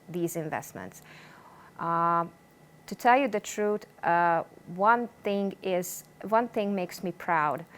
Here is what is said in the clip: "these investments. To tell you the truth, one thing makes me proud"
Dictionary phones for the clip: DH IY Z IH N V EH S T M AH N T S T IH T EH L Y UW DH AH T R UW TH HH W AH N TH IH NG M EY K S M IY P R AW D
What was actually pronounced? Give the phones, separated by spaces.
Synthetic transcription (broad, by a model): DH IY Z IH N V EH S T M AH N T S T IH T EH L Y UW DH AH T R UW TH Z W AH N TH IH NG M EY K S M IY P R AW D